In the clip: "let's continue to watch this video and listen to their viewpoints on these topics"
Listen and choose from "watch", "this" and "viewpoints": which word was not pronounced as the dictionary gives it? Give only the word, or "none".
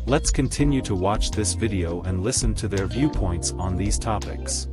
none